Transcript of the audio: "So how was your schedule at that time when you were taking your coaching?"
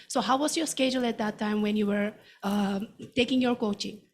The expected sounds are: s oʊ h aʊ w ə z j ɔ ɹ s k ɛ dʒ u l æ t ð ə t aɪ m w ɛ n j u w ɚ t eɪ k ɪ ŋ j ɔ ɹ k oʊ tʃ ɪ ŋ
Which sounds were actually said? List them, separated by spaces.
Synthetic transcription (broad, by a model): s oʊ h aʊ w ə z j ɔ ɹ s k ɛ dʒ u l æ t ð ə t aɪ m w ɛ n j u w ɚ t eɪ k ɪ ŋ j ɔ ɹ k oʊ tʃ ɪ ŋ